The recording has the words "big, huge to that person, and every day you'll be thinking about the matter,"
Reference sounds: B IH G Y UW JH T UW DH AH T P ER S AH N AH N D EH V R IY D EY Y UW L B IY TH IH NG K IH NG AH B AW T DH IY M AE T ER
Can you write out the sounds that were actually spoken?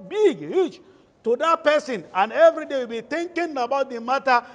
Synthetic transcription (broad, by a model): B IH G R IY CH T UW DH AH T P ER S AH N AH N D EH V R IY D EY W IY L B IY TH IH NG K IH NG AH B AW T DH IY M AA T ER